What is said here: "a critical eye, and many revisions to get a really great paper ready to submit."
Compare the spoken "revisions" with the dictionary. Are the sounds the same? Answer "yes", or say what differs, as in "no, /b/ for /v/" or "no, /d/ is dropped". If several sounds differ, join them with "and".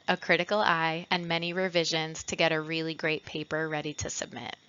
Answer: yes